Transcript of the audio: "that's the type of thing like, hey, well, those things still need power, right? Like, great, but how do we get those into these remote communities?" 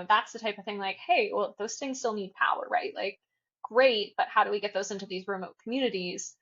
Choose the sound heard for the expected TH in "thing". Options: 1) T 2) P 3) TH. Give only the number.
3